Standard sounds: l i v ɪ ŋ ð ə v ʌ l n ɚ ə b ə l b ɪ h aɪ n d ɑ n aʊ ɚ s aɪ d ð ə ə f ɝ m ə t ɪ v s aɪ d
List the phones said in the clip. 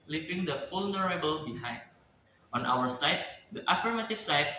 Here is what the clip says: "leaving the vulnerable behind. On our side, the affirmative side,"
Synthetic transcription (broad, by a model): l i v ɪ ŋ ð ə f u l n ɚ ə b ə l b ɪ h aɪ n d ɑ n aʊ ɚ s aɪ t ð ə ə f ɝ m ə t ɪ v s aɪ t